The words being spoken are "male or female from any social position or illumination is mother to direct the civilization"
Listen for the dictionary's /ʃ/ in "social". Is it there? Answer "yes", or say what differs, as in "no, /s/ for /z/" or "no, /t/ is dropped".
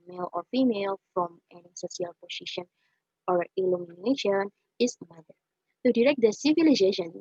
no, /s/ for /ʃ/